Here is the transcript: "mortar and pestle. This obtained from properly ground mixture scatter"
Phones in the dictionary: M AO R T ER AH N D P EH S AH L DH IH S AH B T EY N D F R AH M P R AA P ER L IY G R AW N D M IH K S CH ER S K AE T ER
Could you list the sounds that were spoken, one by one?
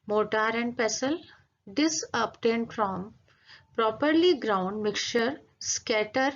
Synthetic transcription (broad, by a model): M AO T T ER AH N D P EH S AH L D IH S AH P T EY N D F R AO M P R AA P ER L IY G R AW N D M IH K CH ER S K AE T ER